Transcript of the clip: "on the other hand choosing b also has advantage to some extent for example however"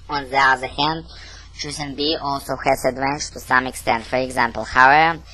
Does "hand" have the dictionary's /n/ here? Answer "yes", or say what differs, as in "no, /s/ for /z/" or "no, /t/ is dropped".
yes